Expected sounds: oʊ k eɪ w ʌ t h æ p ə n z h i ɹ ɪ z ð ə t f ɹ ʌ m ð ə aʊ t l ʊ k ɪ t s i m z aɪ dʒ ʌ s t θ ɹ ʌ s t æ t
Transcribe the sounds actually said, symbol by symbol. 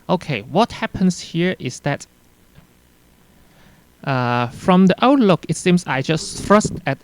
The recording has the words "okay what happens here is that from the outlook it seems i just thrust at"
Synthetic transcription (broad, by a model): oʊ k eɪ w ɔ t h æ p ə n s h i ɹ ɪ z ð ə t f ɹ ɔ m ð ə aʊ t l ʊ k ɪ t s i m s aɪ dʒ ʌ s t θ ɹ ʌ s t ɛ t